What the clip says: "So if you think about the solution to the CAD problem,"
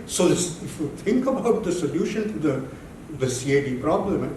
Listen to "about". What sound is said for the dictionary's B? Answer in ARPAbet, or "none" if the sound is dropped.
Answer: B